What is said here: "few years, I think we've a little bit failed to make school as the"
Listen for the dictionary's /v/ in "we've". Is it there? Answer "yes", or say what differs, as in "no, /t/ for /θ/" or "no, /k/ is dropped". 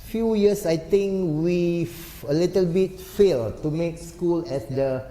no, /v/ is dropped